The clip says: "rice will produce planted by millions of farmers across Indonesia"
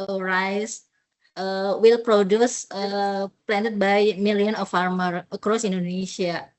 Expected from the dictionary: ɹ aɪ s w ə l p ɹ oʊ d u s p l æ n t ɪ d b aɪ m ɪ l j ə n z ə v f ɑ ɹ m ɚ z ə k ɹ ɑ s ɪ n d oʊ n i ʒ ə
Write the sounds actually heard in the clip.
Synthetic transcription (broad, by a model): ɹ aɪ s w ə l p ɹ oʊ d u s p l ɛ n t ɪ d b aɪ m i l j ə n ə f ɑ ɹ m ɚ ə k ɹ ɑ s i n d oʊ n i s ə